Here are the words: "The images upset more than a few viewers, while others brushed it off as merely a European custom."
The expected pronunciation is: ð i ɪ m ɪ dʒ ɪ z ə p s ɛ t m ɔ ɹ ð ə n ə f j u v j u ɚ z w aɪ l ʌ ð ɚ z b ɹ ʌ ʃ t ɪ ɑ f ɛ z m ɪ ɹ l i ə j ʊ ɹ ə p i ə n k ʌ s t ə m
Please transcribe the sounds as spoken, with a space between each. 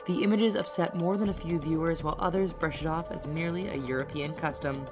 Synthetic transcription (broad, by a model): ð i ɪ m ɪ dʒ ɪ z ə p s ɛ t m ɔ ɹ ð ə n ə f j u v j u ɚ z w aɪ l ʌ ð ɚ z b ɹ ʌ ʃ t ɑ f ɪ z m ɪ ɹ l i ə j ʊ ɹ ə p i ə n k ʌ s t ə m